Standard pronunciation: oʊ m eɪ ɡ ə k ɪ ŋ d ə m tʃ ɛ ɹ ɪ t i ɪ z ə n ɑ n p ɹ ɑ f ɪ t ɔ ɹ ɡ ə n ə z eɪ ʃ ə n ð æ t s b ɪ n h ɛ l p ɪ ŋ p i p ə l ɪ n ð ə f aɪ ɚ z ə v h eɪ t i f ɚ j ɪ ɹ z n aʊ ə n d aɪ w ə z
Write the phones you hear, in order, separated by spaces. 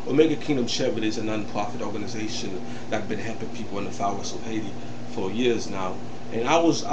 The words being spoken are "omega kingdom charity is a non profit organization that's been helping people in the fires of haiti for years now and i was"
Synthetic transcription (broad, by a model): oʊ m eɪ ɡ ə k ɪ ŋ d ə m ʃ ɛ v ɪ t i ɪ z ə n ɑ n p ɹ ɑ f ɪ t ɔ ɹ ɡ ə n ə z eɪ ʃ ə n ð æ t b ɪ n h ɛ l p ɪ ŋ p i p l ɪ n ð ə f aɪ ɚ s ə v h eɪ t i f ɚ j ɪ ɹ z n aʊ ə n aɪ w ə z